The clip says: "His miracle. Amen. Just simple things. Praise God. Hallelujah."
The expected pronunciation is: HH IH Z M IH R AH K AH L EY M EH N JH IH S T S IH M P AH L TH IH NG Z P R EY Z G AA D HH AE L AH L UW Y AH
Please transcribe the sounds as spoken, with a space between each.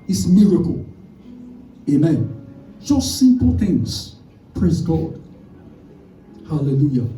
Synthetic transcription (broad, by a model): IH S M IH R AH K AH L EY M EH N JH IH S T S IH M P AH L TH IH NG Z P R EY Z G AA D HH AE L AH L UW Y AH